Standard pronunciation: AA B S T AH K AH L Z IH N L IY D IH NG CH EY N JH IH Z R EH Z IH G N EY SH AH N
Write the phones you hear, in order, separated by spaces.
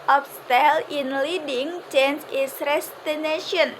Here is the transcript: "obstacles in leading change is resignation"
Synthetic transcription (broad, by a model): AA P S T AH L IH N L IY D IH NG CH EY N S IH S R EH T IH N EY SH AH N